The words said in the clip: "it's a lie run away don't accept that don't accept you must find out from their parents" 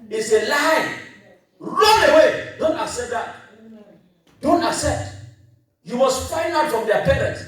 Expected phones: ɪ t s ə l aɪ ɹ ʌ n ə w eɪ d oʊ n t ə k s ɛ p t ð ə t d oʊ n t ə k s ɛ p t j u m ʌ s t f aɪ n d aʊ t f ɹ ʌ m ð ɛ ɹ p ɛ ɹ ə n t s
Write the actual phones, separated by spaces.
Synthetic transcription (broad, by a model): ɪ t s ə l aɪ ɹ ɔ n ə w eɪ d oʊ n t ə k s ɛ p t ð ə t d oʊ n t ə k s ɛ p t j u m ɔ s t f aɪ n aʊ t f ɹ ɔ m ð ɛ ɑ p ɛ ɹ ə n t